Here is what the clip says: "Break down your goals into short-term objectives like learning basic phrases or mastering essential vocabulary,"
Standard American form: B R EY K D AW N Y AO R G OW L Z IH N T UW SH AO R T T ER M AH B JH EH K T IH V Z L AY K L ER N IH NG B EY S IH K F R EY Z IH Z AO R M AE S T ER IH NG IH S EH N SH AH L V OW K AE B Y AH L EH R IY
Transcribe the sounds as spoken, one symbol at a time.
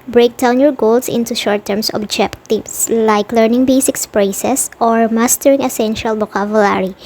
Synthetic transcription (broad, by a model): B R EY K D AW N Y AO R G OW L S IH N T UW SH AO R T T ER M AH B JH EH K T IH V S L AY K L ER N IH NG B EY S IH K P R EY S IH S AO R M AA S T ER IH NG IH S EH N SH AH L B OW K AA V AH L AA R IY